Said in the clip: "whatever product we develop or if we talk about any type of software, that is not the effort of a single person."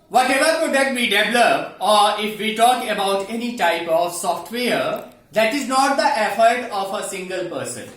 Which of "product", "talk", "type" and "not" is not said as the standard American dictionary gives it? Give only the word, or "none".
product